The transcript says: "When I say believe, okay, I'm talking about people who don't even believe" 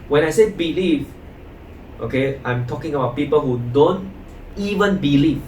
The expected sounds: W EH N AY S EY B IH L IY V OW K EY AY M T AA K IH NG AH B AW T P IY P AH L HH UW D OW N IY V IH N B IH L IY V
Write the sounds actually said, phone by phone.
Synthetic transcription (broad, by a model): W EH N AY S EY B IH L IY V OW K EY AY M T AA K IH NG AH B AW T P IY P AH L HH UW D OW N IY V IH N B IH L IY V